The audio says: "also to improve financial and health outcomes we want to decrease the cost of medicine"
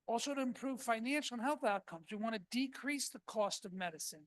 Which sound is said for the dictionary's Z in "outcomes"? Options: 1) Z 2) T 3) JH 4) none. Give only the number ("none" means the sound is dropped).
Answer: 1